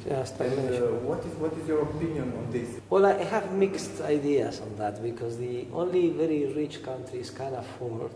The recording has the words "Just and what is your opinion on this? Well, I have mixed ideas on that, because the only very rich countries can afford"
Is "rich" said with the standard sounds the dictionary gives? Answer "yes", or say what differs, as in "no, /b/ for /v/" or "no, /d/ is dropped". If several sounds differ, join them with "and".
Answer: yes